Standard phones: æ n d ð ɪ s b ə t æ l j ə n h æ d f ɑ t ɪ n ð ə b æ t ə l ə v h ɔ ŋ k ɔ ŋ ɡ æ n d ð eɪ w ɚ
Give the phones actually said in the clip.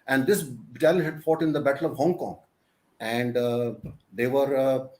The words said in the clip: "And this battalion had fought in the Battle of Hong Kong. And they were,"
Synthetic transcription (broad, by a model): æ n d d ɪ s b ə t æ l h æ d f ɑ t ɪ n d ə b æ t ə l ə v h ɔ ŋ k ɔ ŋ ɡ æ n d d eɪ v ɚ